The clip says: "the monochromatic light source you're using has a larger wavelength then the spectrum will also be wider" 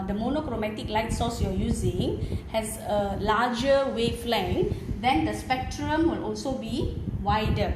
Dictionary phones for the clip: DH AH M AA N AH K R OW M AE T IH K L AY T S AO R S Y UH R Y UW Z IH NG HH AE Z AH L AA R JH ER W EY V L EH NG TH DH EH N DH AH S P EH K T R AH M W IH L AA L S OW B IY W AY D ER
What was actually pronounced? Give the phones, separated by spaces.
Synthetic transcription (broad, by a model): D AH M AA N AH K R OW M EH T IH K L AY T S AO S Y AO Y UW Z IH NG HH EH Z AH L AA JH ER W EY F L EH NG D EH N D AH S P EH K T R AH M W IH L AA L S OW B IY W AY D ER